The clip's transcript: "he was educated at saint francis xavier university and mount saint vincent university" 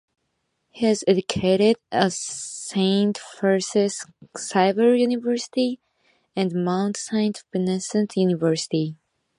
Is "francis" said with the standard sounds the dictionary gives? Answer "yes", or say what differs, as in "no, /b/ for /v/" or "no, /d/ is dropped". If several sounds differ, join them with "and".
no, /ɹ/ is dropped